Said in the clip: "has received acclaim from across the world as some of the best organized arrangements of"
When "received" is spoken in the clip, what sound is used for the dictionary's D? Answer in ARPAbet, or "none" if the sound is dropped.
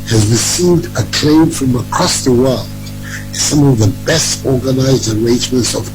D